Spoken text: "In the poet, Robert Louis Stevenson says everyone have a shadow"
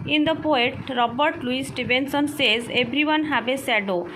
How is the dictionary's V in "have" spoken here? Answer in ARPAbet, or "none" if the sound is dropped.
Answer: B